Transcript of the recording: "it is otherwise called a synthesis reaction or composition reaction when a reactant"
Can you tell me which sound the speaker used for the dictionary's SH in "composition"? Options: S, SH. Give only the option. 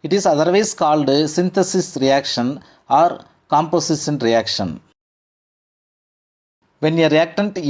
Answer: S